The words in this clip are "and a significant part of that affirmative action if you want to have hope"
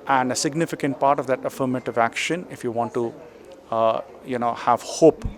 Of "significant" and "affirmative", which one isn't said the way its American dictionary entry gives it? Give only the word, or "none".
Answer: none